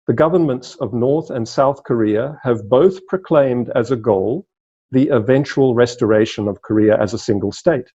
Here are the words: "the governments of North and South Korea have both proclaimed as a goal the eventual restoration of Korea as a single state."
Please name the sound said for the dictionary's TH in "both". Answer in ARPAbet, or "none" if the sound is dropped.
TH